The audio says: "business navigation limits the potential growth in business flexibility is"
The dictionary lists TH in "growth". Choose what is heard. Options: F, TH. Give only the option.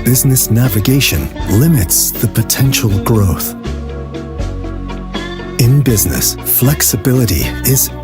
TH